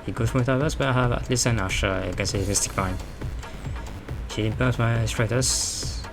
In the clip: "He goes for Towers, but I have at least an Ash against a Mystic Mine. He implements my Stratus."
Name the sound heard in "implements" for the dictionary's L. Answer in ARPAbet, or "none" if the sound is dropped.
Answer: none